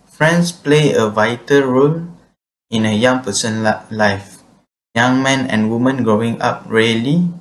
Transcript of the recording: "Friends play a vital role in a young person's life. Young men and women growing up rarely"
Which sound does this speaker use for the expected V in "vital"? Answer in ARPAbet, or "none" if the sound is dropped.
V